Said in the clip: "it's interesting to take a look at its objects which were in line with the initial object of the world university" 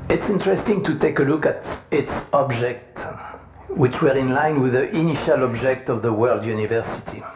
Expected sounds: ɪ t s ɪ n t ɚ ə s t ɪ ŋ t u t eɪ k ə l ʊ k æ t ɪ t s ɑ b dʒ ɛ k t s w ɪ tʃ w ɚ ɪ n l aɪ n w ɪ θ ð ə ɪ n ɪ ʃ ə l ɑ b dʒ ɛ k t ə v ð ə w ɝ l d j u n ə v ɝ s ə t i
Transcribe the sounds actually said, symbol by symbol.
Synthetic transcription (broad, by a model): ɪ t s ɪ n t ɚ ə s t ɪ ŋ t u t eɪ k ə l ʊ k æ t ɪ t s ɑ b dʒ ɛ k t w ɪ tʃ w ɚ ɪ n l aɪ n w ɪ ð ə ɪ n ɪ ʃ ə l ɑ b dʒ ɛ k t ə v ð ə w ɝ l d j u n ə v ɝ s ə t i